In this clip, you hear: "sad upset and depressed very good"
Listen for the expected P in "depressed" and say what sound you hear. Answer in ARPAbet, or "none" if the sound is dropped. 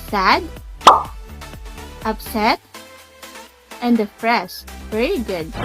F